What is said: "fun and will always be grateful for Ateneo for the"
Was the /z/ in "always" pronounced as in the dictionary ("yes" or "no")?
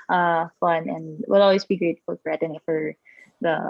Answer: no